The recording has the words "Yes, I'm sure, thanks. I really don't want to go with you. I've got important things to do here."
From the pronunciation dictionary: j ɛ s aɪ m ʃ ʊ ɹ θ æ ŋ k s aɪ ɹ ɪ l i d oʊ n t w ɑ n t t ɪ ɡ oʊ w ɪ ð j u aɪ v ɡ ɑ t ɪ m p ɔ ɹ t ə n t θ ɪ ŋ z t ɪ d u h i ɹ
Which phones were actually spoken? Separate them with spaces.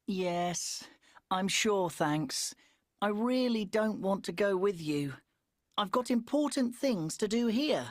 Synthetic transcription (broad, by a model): j ɛ s aɪ m ʃ ʊ ɹ θ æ ŋ k s aɪ ɹ ɪ l i d oʊ n t w ɑ n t t ɪ ɡ oʊ w ɪ ð j u aɪ v ɡ ɑ t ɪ m p ɔ ɹ t n θ ɪ ŋ z t ɪ d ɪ h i ɹ